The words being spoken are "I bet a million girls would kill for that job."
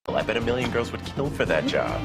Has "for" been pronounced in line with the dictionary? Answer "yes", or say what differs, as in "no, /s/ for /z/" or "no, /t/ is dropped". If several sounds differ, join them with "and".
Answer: yes